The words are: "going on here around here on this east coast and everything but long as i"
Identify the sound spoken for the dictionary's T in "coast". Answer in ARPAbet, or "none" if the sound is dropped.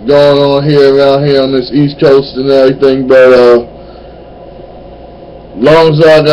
T